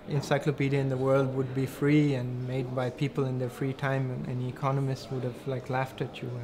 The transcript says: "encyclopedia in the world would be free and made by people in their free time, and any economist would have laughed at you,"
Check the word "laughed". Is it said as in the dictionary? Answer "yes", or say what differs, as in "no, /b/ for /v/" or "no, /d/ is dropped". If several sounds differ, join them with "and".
yes